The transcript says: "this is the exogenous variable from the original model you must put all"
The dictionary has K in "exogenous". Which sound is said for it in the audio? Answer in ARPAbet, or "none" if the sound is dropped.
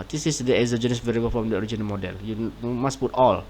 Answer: none